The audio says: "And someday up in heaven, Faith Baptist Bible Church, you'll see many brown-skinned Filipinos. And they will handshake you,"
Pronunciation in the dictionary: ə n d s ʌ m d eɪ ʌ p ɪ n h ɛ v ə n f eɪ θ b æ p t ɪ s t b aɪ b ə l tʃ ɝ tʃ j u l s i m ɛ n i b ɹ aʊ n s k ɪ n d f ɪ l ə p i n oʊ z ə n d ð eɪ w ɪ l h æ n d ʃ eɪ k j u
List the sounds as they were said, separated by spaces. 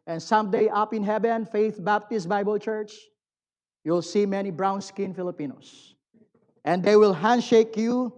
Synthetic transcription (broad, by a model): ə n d s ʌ m d eɪ ʌ p ɪ n h ɛ v ə n f eɪ θ b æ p t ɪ s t b aɪ b ə l tʃ ɝ tʃ j u l s i m ɛ n i b ɹ aʊ n s k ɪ n f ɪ l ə p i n oʊ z ə n d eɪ w ɪ l h æ n d ʃ eɪ k j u